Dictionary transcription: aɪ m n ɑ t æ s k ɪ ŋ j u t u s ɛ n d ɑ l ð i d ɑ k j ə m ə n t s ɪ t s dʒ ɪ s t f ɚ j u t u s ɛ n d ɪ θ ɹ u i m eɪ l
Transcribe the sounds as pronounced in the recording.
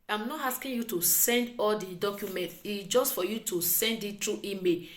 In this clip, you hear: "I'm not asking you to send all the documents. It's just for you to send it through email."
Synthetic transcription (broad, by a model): aɪ m n ɑ t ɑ s k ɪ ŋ j u t u s ɛ n d ɑ l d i d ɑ k j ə m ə n t ɪ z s dʒ ɪ s t f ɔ j u t u s ɛ n d ɪ t ɹ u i m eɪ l